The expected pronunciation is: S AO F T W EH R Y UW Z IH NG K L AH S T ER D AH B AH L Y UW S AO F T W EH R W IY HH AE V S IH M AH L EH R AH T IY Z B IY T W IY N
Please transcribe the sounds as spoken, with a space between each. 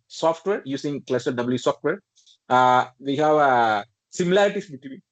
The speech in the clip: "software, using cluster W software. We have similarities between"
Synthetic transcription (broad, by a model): S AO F T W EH R Y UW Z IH NG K L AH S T D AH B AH L Y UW S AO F T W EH R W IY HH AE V S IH M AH L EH R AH T IY S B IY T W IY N